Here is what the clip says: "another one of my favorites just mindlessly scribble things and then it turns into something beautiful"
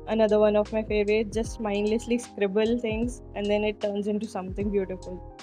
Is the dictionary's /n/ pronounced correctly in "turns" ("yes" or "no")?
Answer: yes